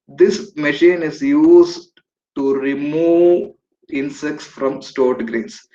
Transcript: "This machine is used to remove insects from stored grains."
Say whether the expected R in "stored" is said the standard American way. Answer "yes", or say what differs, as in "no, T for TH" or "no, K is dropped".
yes